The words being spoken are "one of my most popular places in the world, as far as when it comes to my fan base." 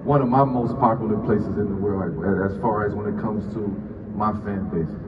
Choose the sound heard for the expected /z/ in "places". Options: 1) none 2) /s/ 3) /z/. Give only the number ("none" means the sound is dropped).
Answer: 3